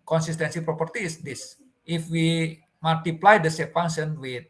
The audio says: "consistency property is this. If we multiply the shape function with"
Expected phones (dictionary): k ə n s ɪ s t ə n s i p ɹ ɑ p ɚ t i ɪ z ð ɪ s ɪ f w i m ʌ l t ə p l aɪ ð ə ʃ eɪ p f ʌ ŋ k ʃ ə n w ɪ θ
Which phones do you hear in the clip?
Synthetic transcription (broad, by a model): k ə n s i s t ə n s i p ɹ ɑ p ɚ t i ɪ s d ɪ s ɪ f w i m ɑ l t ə p l aɪ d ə s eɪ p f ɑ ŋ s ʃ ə n w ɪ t